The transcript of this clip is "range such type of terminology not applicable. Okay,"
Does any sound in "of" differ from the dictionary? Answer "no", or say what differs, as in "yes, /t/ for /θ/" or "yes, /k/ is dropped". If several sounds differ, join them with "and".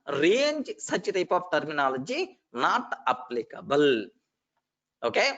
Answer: yes, /p/ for /v/